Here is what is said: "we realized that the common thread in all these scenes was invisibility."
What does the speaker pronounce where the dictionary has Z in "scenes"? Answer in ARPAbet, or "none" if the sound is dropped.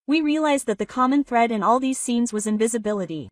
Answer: Z